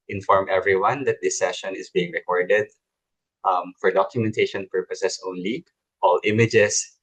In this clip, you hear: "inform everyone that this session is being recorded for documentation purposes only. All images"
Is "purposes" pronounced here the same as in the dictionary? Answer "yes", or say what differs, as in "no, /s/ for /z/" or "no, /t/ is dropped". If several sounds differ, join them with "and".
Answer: no, /s/ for /z/